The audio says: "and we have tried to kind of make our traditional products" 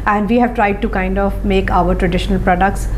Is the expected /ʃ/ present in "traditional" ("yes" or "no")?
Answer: yes